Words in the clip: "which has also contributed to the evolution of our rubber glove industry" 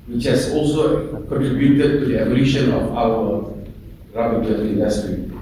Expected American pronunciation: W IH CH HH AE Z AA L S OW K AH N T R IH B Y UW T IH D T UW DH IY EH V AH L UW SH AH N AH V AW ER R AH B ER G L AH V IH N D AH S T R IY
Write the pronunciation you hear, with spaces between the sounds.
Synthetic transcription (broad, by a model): W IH CH HH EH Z AA L S OW K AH N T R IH B Y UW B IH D T UW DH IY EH B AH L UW SH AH N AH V AW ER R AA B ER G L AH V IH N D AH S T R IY